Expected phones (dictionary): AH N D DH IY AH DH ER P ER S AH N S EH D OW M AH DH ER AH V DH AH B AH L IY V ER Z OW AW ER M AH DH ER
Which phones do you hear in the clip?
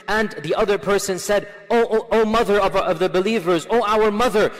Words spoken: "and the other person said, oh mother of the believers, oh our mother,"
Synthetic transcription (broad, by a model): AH N DH IY AH DH ER P ER S AH N S EH D OW M AH DH ER AH V DH AH B AH L IY V ER Z OW AW ER M AH DH ER